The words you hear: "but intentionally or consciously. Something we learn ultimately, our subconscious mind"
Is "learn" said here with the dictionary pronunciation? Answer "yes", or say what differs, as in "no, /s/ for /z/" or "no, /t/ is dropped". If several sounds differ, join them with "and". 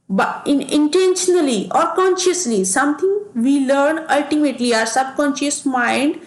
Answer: yes